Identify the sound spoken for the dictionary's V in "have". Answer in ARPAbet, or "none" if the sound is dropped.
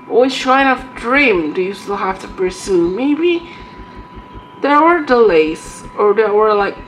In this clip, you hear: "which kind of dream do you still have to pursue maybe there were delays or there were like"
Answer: F